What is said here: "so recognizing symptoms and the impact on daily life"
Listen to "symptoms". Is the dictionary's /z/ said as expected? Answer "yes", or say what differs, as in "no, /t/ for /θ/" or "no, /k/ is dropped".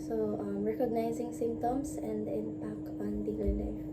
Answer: no, /s/ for /z/